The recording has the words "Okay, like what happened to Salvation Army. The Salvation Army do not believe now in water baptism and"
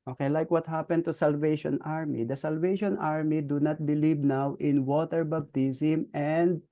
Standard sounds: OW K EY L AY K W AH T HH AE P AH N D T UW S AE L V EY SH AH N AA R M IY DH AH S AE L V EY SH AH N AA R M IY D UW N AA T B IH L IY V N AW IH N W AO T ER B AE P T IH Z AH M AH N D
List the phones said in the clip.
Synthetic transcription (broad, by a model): OW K EY L AY K W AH T HH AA P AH N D T UW S AE L V EY SH AH N AA R M IY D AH S AE L V EY SH AH N AA R M IY D UW N AA T B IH L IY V N AW IH N W AO T ER B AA B T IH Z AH M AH N D